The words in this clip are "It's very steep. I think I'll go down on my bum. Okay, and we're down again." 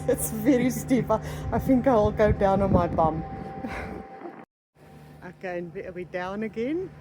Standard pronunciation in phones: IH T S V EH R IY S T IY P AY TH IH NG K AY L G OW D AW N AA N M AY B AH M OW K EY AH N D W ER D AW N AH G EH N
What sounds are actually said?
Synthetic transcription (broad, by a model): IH T S V EH R IY S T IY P AY TH IH NG K AY L G OW D AW N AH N M AY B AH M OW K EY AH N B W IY D AW N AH G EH N